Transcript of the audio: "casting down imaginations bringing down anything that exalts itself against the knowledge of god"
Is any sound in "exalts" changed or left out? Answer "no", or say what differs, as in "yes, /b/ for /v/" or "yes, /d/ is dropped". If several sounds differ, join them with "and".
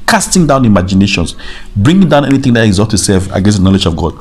yes, /l/ is dropped and /s/ is dropped